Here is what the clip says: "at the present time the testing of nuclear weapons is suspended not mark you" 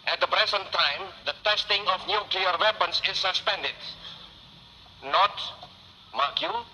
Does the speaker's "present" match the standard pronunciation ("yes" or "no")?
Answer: no